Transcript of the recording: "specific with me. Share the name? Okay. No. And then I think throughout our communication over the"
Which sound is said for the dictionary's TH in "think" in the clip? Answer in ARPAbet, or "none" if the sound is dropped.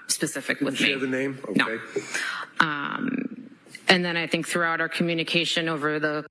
TH